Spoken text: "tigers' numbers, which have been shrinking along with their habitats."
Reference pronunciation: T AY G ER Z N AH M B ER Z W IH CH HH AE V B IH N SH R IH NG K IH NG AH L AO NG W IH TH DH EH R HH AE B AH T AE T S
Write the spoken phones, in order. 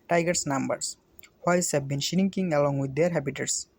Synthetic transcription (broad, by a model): T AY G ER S N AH M B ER S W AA S HH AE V B IH N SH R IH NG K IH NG AH L AO NG W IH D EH R HH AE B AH T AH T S